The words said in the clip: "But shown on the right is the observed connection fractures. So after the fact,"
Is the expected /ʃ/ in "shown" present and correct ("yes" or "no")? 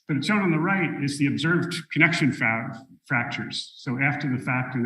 no